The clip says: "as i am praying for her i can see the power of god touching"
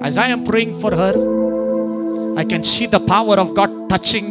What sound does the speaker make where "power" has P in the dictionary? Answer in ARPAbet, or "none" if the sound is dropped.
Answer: P